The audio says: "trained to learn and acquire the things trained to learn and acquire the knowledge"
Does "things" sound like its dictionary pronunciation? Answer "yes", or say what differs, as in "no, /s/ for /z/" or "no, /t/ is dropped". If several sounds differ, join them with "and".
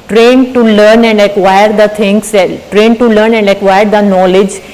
no, /t/ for /θ/ and /s/ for /z/